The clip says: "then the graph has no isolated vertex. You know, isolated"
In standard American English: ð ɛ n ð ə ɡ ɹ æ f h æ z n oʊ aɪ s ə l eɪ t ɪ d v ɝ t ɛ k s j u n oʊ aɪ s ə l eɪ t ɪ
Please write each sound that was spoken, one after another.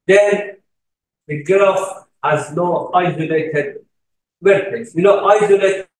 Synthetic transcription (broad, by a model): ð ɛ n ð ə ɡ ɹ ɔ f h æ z n oʊ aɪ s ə l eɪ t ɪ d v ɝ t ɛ s j u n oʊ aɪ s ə l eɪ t